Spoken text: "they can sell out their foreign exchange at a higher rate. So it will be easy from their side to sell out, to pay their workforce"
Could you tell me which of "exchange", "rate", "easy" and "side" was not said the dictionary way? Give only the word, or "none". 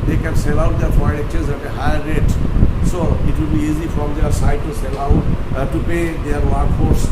exchange